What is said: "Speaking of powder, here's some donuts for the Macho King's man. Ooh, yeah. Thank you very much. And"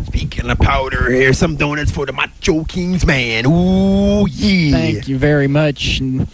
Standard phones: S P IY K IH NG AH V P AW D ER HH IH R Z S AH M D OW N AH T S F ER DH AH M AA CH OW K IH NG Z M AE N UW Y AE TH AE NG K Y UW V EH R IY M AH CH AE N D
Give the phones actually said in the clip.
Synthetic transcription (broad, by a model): S P IY K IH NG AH P AW D ER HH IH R S AH M D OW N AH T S F ER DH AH M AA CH OW K IH NG Z M AE N UW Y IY TH AE NG K Y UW V EH R IY M AH CH N